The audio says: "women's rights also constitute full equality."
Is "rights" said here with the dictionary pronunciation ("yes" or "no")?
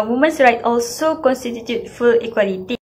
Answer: no